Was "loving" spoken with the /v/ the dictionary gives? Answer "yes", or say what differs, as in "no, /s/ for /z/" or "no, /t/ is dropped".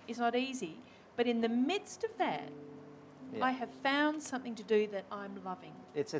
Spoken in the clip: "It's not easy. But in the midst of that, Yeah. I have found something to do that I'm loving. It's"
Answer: yes